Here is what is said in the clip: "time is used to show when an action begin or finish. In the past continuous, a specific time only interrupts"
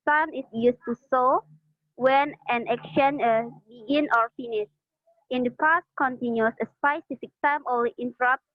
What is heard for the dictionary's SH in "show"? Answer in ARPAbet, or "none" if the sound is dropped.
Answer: S